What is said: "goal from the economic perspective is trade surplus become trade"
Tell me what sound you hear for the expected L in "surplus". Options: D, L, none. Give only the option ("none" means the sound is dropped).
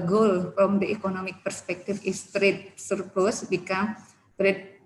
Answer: none